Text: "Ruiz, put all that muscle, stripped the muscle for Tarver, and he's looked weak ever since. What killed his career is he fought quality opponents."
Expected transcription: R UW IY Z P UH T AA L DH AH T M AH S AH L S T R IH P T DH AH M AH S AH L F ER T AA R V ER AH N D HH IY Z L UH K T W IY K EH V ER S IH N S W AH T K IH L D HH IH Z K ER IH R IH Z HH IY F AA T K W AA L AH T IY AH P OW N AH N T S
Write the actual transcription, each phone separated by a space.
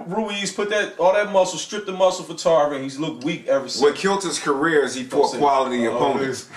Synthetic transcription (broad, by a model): R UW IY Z P UH T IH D DH AH T M AH S L S T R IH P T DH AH M AH S L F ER T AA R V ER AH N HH IY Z L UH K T W IY K EH V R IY S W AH K IH L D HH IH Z K ER IH R IH Z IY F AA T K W AA L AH T IY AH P OW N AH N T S